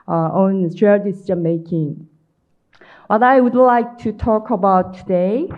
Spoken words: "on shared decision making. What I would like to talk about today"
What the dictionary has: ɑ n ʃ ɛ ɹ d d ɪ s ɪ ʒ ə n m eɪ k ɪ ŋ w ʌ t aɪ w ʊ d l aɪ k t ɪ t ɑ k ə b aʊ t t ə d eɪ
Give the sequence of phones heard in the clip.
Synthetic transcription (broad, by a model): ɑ n s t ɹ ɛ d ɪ s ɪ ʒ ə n m eɪ k ɪ ŋ w ʌ t aɪ w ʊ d l aɪ k t ɪ t ɑ k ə b aʊ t t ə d eɪ